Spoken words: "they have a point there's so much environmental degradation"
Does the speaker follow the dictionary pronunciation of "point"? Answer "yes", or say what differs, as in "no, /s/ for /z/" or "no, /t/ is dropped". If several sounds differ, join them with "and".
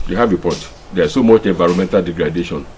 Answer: no, /n/ is dropped